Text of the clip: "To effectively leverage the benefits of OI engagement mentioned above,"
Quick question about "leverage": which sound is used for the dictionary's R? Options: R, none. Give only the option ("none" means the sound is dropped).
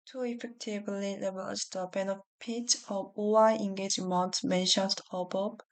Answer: none